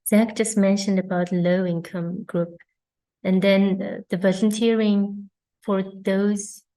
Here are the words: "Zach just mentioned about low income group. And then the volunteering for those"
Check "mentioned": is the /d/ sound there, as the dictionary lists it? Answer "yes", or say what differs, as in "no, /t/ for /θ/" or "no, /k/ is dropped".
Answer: yes